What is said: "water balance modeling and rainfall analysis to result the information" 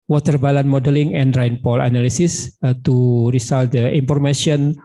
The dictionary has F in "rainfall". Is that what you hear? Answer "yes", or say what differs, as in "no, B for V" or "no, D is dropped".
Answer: no, P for F